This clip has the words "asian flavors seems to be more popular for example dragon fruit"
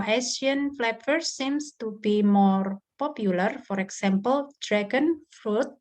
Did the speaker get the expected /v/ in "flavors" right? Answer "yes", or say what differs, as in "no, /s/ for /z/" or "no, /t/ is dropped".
no, /p/ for /v/